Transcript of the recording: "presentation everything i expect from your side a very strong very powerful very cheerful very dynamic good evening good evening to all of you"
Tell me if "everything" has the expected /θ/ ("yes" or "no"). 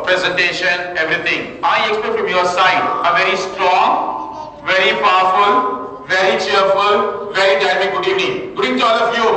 no